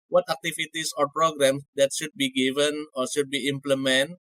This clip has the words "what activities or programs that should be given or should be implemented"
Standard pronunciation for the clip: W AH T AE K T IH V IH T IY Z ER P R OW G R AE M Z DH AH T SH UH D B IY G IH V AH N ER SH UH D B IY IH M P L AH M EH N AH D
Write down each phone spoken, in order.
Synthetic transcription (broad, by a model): W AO T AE K T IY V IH T IY S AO P R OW G R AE M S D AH T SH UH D B IY G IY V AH N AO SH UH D B IY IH M P L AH M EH N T